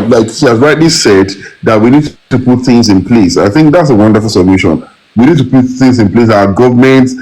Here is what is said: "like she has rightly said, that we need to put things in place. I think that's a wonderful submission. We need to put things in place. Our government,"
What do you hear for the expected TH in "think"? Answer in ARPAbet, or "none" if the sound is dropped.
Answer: TH